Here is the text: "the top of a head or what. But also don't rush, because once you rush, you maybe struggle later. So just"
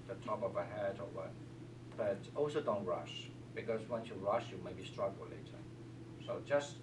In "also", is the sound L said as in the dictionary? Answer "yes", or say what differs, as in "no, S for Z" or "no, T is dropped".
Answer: yes